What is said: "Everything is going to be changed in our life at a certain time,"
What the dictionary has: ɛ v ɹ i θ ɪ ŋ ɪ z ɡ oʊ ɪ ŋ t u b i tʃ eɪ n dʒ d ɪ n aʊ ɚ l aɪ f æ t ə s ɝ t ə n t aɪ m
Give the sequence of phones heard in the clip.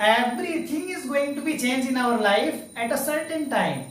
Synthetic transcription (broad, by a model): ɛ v ɹ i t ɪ ŋ ɪ z ɡ oʊ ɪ ŋ t u b i tʃ eɪ n dʒ ɪ n aʊ ɚ l aɪ f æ t ə s ɝ t ə n t aɪ m